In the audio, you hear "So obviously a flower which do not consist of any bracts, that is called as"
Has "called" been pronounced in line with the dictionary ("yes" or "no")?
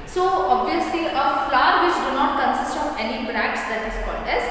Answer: no